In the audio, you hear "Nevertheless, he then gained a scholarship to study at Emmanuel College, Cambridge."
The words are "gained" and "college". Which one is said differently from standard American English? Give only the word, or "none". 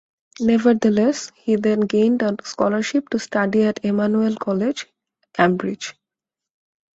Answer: none